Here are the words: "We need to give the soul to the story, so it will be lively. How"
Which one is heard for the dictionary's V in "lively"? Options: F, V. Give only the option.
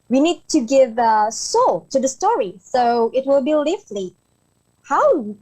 F